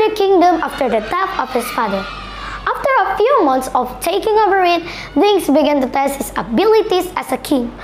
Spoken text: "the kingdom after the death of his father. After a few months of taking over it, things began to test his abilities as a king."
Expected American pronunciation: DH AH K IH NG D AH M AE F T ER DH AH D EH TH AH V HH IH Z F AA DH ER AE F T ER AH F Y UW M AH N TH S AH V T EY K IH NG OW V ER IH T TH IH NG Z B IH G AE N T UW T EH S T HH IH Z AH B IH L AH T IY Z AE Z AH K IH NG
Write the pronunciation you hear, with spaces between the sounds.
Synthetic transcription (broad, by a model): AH K IH NG D AH M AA F T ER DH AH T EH F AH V HH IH S F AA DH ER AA F T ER AH F Y UW M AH N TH S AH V T EY K IH NG OW V ER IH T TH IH NG S B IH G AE N T UW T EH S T HH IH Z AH B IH L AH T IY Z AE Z AH K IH NG